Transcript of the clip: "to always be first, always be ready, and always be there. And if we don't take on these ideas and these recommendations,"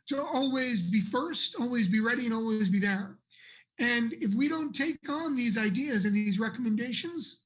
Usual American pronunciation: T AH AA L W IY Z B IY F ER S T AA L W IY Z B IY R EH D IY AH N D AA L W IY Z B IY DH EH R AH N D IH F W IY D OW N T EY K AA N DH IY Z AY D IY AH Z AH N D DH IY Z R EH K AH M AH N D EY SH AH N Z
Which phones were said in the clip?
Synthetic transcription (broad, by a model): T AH AA L W IY Z B IY F ER S T AA L W IY Z B IY R EH D IY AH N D AA L W IY Z B IY DH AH R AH N IH F W IY D OW N T EY K N DH IY Z AY D IY AH Z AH N DH IY Z R EH K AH M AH N D EY SH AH N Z